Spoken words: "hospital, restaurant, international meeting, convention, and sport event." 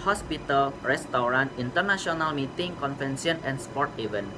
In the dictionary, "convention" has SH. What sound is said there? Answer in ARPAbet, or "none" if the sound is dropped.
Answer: S